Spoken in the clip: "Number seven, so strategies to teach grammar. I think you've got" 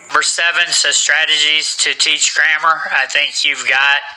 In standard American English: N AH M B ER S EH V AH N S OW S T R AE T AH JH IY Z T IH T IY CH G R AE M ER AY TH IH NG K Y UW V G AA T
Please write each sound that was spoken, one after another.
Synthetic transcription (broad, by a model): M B ER S EH V AH N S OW S T R AE T AH JH IY Z T IH T IY CH G R AE M ER AY TH IH NG K Y UW V G AA T